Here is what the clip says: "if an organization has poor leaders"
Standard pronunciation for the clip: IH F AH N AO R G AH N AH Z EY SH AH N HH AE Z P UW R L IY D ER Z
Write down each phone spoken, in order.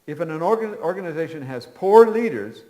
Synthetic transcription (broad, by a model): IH F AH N AO R G AH N AH Z EY SH AH N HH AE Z P UW R L IY D ER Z